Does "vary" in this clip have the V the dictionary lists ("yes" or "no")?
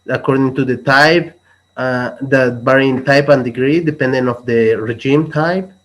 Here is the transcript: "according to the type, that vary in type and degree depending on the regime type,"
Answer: no